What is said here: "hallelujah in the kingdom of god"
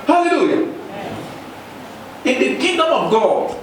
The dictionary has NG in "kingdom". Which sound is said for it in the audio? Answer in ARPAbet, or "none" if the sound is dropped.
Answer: none